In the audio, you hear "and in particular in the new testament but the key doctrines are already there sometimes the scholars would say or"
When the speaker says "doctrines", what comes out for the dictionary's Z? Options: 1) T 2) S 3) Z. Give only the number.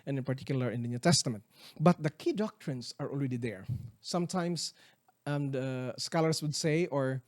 2